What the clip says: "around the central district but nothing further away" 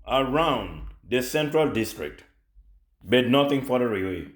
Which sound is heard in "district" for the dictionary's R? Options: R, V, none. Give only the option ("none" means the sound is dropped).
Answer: R